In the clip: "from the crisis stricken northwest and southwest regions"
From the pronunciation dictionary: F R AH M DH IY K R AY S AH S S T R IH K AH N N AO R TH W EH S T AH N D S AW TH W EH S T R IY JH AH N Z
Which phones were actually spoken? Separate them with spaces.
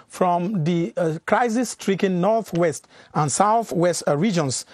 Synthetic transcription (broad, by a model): F R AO M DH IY K R AY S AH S S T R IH K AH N N AO R TH W EH S T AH N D S AW TH W EH S T R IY JH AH N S